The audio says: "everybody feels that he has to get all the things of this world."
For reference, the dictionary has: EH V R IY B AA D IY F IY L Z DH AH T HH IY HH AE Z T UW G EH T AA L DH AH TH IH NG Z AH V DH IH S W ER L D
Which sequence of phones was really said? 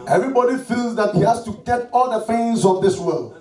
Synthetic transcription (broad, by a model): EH V R IY B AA D IY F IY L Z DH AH T HH IY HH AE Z T UW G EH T AA L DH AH F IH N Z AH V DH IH S W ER L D